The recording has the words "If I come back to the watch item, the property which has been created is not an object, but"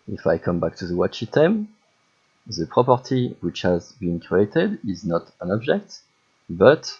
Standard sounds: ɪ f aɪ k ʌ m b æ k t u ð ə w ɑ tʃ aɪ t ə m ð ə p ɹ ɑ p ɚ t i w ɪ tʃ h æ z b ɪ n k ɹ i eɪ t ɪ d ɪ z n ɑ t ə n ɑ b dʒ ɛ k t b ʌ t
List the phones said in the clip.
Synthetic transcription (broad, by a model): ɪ f aɪ k ʌ m b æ k t u ð ə w ɑ tʃ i t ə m ð ə p ɹ ɑ p ɚ t i w ɪ tʃ h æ z b ɪ n k ɹ i eɪ t ɪ d ɪ z n ɑ t ə n ɑ b dʒ ɛ k t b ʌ t